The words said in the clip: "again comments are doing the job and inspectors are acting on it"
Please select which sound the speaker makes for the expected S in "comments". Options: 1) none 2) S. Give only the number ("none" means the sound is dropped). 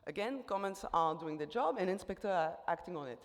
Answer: 2